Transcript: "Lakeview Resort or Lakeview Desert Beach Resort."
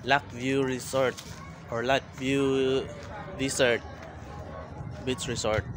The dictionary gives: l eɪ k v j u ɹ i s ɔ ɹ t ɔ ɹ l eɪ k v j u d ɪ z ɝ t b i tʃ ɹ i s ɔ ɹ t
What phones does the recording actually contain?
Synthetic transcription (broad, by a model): l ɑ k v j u ɹ i s ɔ ɹ t ɔ ɹ l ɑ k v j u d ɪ s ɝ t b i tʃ ɹ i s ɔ ɹ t